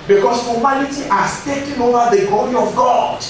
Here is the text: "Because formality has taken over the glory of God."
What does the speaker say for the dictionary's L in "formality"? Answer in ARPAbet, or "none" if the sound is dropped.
N